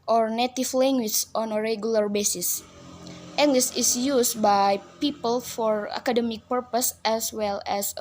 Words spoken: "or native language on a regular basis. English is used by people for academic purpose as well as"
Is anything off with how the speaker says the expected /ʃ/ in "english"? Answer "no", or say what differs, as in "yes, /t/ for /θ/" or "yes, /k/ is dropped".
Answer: yes, /s/ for /ʃ/